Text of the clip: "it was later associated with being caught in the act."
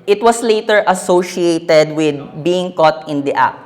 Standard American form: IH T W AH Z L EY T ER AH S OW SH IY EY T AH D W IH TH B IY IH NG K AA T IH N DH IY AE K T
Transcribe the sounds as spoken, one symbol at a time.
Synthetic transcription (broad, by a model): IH T W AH S L EY T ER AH S OW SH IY EY T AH D W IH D B IY IH NG K AA T IH N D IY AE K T